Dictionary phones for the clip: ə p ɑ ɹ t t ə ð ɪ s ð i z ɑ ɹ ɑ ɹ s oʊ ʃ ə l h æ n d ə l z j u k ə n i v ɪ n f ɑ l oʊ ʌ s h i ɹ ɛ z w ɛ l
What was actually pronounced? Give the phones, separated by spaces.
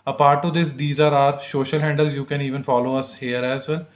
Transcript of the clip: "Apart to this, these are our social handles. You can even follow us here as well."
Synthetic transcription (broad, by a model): ə p ɑ ɹ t t ə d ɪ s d i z ɑ ɹ ɑ ɹ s oʊ ʃ ə l h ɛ n d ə l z j u k ə n i v ɪ n f ɑ l oʊ ʌ s h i ɹ ɛ z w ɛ l